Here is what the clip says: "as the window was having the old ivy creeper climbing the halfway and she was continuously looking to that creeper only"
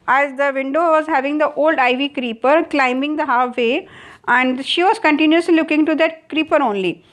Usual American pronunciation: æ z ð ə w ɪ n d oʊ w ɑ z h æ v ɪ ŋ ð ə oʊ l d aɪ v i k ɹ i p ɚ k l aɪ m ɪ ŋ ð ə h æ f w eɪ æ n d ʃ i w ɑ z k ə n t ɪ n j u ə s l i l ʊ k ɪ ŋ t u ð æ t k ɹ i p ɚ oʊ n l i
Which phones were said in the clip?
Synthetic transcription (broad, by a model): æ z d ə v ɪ n d oʊ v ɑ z h æ v ɪ ŋ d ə oʊ l d aɪ v i k ɹ i p ɚ k l aɪ m ɪ ŋ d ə h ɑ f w eɪ æ n d ʃ i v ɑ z k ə n t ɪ n j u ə s l i l ʊ k ɪ ŋ t u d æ t k ɹ i p ɚ oʊ n l i